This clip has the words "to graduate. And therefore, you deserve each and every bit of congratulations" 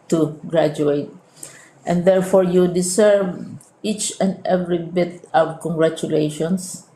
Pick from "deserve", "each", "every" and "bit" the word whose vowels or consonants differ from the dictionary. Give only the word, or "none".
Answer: deserve